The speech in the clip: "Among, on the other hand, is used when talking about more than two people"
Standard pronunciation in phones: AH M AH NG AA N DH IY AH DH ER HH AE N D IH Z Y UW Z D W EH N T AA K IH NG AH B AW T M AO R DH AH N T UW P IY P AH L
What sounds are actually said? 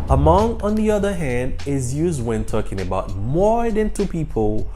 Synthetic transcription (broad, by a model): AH M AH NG AA N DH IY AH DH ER HH AE N D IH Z Y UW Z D W EH N T AA K IH NG AH B AW T M AO R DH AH N T UW P IY P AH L